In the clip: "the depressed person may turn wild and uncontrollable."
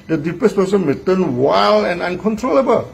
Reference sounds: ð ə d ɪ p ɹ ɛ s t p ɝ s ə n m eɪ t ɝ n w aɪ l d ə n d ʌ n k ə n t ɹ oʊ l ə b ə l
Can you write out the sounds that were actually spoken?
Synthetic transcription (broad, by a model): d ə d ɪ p ɛ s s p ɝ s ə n m eɪ t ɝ n w aɪ l ə n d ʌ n k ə n t ɹ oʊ l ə b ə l